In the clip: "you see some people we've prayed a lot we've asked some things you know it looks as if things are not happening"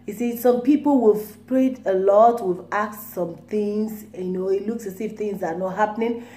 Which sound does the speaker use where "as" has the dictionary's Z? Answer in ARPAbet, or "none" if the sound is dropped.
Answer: S